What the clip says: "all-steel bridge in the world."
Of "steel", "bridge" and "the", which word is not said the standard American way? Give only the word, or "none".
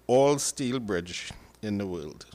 none